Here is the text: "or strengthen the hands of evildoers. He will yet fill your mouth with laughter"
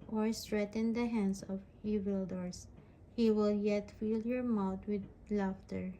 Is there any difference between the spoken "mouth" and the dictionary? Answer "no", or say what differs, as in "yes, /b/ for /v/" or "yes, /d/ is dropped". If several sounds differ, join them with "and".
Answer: yes, /t/ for /θ/